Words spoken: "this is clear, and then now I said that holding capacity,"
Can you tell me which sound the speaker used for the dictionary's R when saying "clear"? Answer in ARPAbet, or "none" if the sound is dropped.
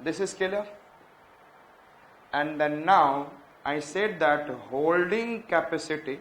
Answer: L